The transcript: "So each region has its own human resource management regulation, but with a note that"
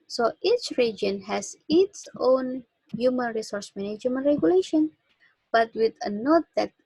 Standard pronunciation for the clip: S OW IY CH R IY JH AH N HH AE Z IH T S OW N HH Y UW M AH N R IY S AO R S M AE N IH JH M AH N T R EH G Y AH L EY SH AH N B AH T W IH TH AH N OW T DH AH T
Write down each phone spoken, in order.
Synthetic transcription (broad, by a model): S OW IY CH R IY JH AH N HH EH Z IH T S OW N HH Y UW M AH N R IY S AO R S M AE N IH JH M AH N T R EH G Y AH L EY SH AH N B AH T W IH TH AH N OW T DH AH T